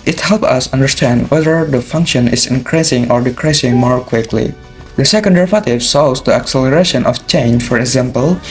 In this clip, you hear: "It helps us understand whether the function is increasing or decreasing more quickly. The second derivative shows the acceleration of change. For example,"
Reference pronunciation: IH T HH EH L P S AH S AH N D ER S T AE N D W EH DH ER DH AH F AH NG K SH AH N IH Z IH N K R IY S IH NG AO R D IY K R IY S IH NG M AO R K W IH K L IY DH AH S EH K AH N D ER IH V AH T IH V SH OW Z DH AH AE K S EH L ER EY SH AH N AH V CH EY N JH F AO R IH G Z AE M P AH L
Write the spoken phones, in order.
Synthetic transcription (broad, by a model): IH T HH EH L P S AH S AH N D ER S T AE N D W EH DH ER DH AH F AH NG K SH AH N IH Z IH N K R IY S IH NG AO R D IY K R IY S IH NG M AO R K W IH K L IY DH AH S EH K AH N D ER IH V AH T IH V S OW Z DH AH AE K S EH L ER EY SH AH N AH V CH EY N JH F AO R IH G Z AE M P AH L